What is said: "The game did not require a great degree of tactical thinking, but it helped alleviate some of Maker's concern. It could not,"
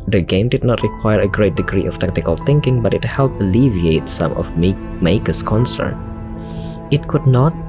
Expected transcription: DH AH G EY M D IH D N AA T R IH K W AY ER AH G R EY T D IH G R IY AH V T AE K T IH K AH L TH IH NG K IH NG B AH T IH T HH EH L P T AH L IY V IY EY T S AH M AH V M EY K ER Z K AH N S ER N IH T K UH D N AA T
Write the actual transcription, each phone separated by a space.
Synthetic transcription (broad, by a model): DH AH G EY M D IH D N AA T R IH K W AY ER AH G R EY T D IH G R IY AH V T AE K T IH K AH L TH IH NG K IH NG B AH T IH T HH EH L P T AH L IY V IY EY T S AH M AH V M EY K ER S K AH N S ER N IH T K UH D N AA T